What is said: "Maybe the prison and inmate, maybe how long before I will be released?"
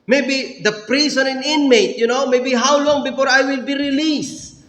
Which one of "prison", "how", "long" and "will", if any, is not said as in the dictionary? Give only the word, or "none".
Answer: prison